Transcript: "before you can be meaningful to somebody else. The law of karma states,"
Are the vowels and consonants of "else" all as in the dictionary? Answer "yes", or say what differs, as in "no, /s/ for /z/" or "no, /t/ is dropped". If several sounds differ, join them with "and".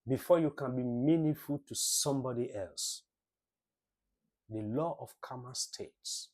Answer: yes